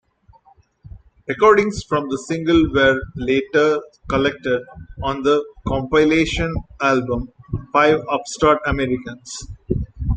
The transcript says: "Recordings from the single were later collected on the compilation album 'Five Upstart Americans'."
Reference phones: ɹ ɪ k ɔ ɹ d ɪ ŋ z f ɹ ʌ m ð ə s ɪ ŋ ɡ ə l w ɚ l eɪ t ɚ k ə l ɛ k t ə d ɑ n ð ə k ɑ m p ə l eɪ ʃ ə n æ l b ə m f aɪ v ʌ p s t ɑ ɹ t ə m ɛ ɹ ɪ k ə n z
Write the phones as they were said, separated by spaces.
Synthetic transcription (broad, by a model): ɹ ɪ k ɔ ɹ d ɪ ŋ s f ɹ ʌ m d ə s ɪ ŋ ɡ ə l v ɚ l eɪ t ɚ k ə l ɛ k t ə d ɑ n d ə k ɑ m p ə l eɪ ʃ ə n æ l b ə m f aɪ v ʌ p s t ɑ ɹ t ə m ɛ ɹ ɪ k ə n s